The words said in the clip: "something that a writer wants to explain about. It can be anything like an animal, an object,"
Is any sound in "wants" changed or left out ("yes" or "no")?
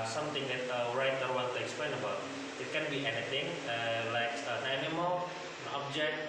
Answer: yes